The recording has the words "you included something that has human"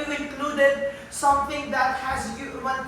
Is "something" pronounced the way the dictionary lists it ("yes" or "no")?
no